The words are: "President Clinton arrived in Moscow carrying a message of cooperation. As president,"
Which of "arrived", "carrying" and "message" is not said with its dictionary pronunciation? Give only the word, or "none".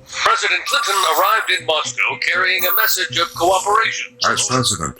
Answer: none